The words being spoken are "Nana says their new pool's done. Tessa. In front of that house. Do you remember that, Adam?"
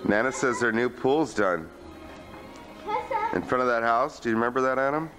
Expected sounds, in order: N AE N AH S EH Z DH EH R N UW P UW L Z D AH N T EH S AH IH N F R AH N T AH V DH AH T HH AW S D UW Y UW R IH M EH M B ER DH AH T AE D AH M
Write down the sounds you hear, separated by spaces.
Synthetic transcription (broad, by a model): N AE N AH S EH Z DH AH R N UW P UW L Z D AH N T IH N F R AH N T AH V DH AH T HH AW S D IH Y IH R IH M EH M B ER DH AH T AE D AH M